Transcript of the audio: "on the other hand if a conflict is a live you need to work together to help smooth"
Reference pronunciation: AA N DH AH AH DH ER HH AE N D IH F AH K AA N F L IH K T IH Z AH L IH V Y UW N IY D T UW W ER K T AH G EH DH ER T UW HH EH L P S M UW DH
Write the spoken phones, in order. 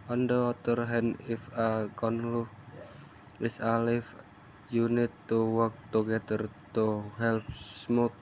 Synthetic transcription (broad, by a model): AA N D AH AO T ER HH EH N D IH F AH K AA N L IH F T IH S AH L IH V Y UW N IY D T UW W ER K T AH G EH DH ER T UW HH EH L P S M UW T